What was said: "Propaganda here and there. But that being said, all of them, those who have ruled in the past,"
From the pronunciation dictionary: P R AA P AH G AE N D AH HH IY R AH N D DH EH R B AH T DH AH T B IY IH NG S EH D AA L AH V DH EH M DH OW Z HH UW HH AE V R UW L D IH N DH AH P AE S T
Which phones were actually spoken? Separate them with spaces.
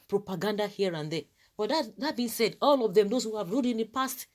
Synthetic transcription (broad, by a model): P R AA P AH G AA N D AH HH IY R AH N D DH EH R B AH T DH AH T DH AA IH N S EH D AA L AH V DH EH M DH OW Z HH UW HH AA V R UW D IH N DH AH P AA S T